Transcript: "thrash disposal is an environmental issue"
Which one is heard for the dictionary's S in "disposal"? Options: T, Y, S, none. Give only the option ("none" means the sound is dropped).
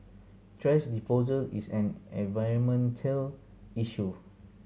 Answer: none